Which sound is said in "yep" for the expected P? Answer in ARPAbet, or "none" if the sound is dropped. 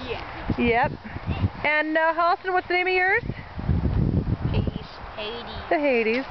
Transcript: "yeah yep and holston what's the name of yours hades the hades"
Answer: P